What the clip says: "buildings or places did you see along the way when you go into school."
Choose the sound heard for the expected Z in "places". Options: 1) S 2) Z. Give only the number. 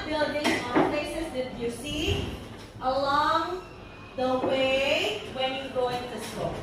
1